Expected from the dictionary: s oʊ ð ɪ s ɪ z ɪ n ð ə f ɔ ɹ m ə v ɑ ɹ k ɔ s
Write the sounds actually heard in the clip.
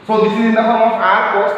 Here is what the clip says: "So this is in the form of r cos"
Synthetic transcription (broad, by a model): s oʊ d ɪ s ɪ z ɪ n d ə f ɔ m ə p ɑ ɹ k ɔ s